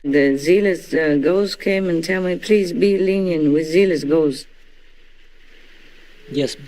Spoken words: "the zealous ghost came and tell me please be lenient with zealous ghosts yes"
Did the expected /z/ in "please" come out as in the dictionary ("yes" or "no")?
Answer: yes